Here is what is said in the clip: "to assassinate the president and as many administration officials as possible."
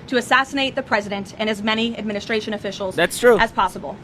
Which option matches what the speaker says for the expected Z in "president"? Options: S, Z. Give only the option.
Z